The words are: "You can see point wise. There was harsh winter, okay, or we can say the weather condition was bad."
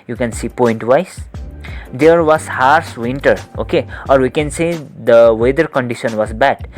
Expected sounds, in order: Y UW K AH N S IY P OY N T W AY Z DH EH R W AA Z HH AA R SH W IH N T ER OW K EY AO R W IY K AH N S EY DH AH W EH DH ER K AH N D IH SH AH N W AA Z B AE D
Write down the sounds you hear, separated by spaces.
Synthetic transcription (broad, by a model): Y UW K AH N S IY P OY N T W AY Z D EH R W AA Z HH AA R S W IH N T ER OW K EY AO R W IY K AH N S EY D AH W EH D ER K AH N D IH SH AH N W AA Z B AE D